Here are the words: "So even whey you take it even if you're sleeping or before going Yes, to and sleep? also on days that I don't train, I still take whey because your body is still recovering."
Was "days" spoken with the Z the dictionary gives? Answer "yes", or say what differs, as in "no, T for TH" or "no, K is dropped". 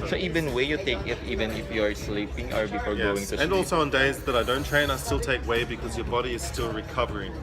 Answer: yes